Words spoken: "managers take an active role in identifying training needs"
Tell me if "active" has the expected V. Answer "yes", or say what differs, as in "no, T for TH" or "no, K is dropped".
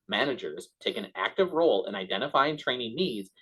yes